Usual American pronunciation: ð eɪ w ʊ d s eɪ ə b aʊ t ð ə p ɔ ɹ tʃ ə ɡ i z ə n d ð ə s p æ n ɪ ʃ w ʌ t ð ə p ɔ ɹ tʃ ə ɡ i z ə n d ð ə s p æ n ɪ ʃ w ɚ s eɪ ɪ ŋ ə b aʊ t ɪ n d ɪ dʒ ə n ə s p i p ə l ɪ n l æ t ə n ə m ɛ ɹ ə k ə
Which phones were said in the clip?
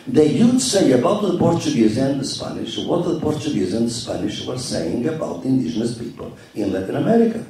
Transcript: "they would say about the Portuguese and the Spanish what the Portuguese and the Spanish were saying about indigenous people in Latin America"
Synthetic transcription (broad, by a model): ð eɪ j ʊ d s eɪ ə b aʊ t ð ə p ɔ ɹ tʃ ə ɡ i z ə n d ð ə s p æ n ɪ ʃ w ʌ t ð ə p ɔ ɹ tʃ ə ɡ i z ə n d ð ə s p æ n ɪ ʃ w ɚ s eɪ ɪ ŋ ə b aʊ t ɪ n d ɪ ʒ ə n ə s p i p ə l ɪ n l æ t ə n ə m ɛ ɹ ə k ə